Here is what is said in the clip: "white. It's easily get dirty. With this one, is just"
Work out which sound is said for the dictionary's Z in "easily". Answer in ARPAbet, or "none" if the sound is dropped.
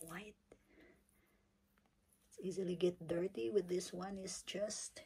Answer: Z